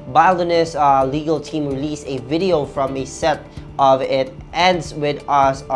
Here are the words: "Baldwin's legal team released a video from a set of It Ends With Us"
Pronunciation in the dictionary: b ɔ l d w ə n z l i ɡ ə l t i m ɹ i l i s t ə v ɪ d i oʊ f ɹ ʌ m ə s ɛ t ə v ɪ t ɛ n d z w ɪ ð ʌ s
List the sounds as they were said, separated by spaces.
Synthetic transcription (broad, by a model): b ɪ l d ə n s l i ɡ ə l t i m ɹ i l i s ə v ɪ d i oʊ f ɹ ʌ m ə s ɛ t ə v ɪ t ɛ n d z w ɪ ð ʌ s